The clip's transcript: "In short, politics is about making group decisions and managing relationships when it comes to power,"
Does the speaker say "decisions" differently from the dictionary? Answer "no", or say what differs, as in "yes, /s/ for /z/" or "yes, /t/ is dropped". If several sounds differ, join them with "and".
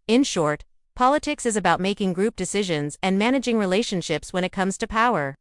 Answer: no